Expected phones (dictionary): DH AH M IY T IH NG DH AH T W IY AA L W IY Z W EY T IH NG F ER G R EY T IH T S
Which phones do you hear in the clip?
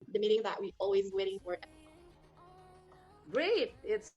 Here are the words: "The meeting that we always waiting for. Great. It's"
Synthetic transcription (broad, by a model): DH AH M IY T IH NG DH AH T W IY AA L W IY Z W EY T IH NG F ER G R EY T IH T S